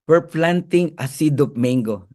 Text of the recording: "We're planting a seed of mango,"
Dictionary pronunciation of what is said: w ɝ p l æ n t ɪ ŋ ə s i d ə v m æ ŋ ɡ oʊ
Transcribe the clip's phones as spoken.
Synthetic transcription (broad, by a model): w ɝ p l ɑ n t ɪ ŋ ə s i d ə p m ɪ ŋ ɡ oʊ